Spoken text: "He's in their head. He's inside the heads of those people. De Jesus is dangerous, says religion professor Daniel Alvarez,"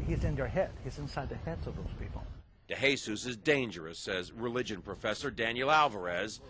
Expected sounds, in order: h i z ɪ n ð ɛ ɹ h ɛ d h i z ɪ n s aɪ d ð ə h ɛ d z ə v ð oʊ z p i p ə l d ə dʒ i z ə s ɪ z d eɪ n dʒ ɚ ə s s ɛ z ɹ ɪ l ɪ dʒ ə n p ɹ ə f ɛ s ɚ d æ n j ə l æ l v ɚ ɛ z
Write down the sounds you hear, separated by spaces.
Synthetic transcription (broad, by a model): h i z ɪ n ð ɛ ɹ h ɛ d h i z ɪ n s aɪ d ð ə h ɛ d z ə v ð oʊ z p i p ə l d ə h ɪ s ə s ɪ z d eɪ n dʒ ɚ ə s s ɛ z ɹ ɪ l ɪ dʒ ə n p ɹ ə f ɛ s ɚ d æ n j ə l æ l v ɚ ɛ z